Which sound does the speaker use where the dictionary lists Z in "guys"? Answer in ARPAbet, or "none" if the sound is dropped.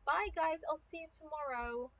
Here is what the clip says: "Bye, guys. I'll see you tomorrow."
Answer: Z